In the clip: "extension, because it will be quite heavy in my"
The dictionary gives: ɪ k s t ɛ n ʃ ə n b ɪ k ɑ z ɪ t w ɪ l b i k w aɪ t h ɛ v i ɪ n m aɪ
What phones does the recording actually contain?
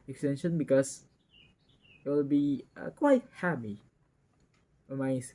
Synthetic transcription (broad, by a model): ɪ k s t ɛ n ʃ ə n b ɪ k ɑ s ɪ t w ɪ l b i k w aɪ t h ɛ p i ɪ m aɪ